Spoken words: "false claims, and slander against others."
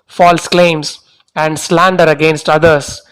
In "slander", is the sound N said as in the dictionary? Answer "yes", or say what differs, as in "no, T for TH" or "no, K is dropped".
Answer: yes